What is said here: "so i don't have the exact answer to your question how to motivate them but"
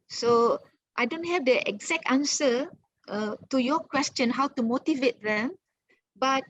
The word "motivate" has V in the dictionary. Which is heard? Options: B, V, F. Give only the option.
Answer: V